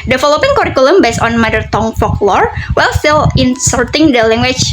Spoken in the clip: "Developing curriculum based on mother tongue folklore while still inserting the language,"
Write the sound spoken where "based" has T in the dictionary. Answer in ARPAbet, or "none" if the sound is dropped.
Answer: none